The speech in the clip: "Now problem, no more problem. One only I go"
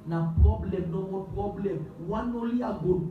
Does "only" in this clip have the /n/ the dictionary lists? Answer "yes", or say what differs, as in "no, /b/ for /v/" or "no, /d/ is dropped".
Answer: no, /n/ is dropped